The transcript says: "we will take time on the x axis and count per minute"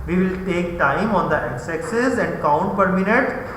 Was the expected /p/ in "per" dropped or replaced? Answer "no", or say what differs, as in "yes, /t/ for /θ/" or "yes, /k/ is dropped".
no